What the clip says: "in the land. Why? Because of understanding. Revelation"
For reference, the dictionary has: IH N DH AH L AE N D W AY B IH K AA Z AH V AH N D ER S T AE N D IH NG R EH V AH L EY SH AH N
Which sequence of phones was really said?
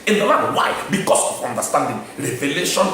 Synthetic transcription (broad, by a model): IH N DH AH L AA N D W AY B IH K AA S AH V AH N D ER S T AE N D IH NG R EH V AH L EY SH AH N